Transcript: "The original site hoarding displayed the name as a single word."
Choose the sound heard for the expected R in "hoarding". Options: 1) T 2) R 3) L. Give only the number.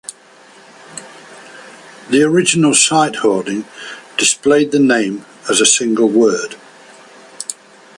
3